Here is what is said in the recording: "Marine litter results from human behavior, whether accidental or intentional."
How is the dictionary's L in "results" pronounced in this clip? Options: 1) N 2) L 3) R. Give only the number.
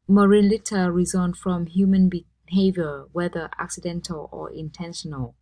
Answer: 1